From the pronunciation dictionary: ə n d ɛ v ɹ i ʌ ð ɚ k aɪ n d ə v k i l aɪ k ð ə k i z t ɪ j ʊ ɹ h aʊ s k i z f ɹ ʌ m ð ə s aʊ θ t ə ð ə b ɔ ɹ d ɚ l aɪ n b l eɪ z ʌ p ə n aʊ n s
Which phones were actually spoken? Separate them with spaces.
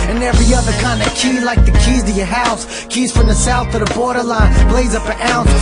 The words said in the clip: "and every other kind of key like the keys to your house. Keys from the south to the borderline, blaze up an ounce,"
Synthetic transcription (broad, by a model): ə n ɛ v ɹ i ʌ ð ɚ k aɪ n d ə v k i l aɪ k ð ə k i z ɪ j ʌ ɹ h aʊ s k i z f ɹ ʌ m ð ə s aʊ θ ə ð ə b ɔ ɹ d ɚ l aɪ n b l eɪ z ʌ p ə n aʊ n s